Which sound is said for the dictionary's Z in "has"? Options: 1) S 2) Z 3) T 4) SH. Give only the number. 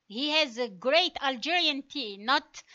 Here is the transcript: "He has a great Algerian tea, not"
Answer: 2